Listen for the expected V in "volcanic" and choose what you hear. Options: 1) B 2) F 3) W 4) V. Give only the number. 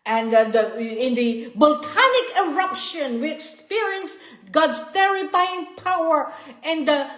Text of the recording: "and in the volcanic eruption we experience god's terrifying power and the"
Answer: 1